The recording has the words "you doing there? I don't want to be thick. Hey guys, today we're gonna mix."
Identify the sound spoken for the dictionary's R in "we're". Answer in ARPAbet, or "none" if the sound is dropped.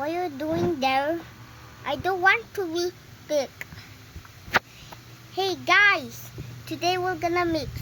L